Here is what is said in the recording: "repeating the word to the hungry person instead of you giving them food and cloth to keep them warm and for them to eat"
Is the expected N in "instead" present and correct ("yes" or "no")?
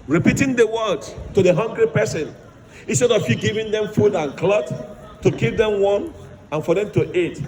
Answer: yes